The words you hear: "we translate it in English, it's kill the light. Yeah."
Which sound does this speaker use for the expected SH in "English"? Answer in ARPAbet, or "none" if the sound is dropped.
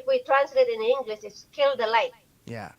S